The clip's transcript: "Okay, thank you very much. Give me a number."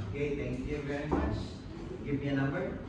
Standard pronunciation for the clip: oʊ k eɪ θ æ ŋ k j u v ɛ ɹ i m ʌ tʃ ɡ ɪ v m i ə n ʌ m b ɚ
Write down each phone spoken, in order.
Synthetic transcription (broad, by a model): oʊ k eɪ t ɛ ŋ k j u v ɛ ɹ i m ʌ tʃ ɡ ɪ v m i ə n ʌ m b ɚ